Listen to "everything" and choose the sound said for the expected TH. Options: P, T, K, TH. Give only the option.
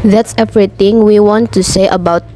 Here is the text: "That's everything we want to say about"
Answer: T